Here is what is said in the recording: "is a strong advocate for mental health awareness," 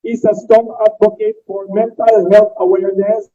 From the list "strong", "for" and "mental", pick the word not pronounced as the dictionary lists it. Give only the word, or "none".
strong